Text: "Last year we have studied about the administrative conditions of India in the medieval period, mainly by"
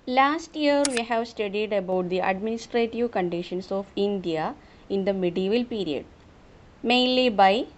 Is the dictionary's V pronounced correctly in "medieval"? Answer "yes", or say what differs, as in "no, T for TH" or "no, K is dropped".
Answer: yes